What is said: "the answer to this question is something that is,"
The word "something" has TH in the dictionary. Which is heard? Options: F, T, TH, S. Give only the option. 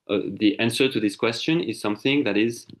TH